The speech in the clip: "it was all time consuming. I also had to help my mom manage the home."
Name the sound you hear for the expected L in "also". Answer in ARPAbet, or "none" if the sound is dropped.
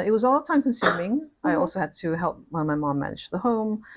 L